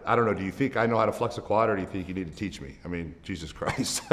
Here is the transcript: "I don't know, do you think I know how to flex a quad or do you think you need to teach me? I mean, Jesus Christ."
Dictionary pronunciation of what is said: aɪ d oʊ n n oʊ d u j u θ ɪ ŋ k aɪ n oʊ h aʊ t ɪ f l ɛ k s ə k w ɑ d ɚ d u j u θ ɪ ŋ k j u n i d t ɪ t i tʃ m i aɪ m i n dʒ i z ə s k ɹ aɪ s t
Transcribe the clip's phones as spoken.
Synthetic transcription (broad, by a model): aɪ d oʊ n n oʊ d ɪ j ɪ θ ɪ ŋ k aɪ n oʊ h aʊ t ɪ f l ɛ k s ə k w ɑ d ɚ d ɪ j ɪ θ ɪ ŋ k j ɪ n i d t ɪ t i tʃ m i aɪ m i n dʒ i z ə s k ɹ aɪ s t